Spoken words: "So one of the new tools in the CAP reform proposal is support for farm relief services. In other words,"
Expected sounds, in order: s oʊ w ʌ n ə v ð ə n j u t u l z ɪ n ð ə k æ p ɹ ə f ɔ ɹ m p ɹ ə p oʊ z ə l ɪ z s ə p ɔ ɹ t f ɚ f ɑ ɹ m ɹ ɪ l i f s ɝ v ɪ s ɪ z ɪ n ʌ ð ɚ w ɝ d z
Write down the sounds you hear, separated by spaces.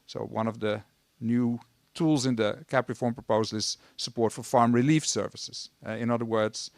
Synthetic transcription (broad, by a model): s oʊ w ʌ n ə v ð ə n j u t u l z ɪ n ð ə k æ p ɹ ə f ɔ ɹ m p ɹ ə p oʊ z ə l ɪ z s ə p ɔ ɹ t f ɚ f ɑ ɹ m ɹ ɪ l i f s ɝ v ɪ s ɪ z ɪ n ʌ ð ɚ w ɝ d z